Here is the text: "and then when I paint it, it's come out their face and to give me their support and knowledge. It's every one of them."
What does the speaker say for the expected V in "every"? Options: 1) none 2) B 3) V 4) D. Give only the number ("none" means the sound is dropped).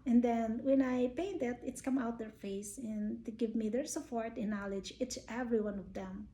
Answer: 3